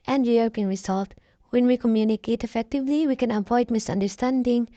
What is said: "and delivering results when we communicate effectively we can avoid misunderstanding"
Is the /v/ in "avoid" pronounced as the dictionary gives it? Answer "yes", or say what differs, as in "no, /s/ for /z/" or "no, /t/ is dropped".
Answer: no, /p/ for /v/